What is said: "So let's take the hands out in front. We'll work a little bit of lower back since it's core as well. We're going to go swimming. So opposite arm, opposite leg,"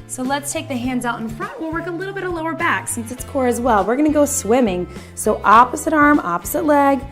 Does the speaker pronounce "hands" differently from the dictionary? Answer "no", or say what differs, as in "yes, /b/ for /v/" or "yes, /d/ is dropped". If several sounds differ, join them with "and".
no